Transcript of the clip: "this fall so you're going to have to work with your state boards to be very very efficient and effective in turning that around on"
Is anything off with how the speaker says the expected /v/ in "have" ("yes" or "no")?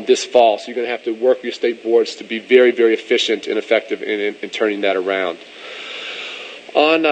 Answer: yes